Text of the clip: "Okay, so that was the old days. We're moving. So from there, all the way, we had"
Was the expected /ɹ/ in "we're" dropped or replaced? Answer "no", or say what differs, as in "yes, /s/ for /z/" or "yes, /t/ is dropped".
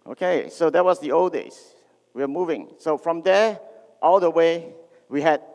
yes, /w/ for /ɹ/